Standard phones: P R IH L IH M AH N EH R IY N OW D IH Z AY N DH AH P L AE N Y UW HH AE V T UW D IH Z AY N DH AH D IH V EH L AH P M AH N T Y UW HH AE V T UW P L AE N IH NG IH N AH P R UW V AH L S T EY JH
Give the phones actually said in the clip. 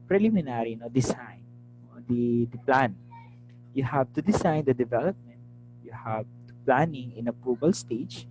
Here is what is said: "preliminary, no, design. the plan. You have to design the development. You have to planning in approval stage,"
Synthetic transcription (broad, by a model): P R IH L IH M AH N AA R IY N OW D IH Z AY N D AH P L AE N Y UW HH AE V T UW D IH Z AY N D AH D IH V EH L AH P M AH N T Y UW HH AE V T UW P L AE N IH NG IH N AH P UW B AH L S T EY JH